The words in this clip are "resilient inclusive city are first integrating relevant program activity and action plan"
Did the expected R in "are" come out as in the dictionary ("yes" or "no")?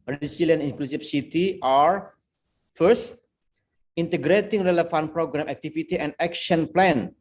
yes